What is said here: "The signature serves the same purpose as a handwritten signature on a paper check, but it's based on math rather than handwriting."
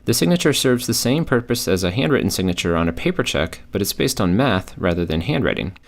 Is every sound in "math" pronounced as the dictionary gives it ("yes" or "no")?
yes